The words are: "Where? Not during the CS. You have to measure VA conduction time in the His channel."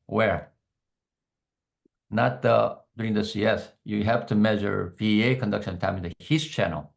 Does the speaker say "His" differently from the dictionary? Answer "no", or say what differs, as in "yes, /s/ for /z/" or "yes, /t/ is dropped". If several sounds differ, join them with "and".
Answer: yes, /s/ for /z/